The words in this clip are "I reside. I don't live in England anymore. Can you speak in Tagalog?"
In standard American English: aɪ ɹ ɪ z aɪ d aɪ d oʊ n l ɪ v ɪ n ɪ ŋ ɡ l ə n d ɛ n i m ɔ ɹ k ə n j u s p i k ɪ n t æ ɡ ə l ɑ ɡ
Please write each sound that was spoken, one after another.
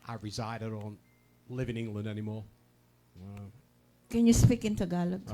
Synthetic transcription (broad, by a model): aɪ ɹ ɪ z aɪ d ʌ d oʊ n l ɪ v ɪ n ɪ ŋ ɡ l ə n d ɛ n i m ɔ ɹ k ə n j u s p i k ɪ n t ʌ ɡ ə l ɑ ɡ